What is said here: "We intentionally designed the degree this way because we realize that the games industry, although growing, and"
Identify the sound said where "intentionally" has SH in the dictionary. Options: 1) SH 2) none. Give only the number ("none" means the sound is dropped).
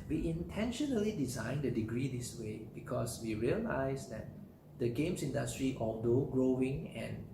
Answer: 1